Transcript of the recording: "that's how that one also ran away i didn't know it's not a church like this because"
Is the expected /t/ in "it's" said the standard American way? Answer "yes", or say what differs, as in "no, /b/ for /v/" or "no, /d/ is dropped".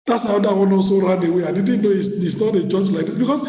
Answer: no, /s/ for /t/